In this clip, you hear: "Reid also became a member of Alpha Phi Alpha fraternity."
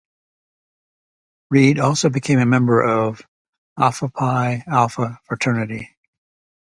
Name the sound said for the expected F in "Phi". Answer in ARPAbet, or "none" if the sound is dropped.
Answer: P